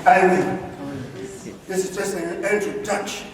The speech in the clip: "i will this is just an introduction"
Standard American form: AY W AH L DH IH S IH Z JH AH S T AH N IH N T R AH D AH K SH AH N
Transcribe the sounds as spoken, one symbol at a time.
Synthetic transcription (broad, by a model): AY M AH N DH IH S IH Z JH AH S T AH N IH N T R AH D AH K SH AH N